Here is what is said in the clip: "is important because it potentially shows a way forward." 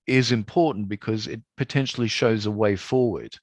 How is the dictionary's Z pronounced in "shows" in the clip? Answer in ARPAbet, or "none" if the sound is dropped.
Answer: Z